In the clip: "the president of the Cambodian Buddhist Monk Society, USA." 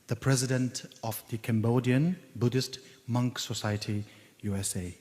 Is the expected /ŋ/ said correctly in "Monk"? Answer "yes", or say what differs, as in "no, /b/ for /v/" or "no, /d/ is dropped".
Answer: yes